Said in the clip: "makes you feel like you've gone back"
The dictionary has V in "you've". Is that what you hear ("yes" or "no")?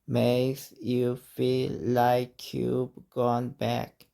no